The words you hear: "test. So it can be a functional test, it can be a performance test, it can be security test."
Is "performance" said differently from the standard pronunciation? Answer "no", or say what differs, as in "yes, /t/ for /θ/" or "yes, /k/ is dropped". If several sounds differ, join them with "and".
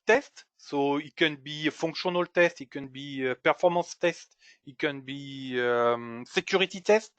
yes, /n/ is dropped